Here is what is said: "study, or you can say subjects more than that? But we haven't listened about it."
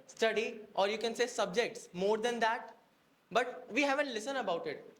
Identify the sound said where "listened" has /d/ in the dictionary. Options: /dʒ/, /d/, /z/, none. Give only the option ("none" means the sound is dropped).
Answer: none